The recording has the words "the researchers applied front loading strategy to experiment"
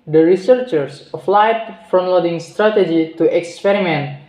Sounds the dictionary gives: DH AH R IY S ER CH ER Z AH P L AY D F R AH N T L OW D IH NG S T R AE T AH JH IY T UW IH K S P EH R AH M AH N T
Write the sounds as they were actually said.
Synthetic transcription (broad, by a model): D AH R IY S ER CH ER S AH F L AY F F R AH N L OW D IH NG S T R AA T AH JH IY T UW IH K S P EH R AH M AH N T